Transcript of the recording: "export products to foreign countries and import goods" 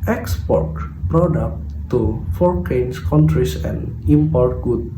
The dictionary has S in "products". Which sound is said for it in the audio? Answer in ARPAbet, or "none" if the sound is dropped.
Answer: none